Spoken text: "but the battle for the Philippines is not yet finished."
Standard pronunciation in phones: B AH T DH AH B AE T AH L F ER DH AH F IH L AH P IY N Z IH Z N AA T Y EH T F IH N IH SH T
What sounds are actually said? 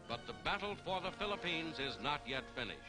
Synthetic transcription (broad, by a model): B AH T DH AH B AE T L F ER DH AH F IH L AH P IY N Z IH Z N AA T Y EH T F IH N IH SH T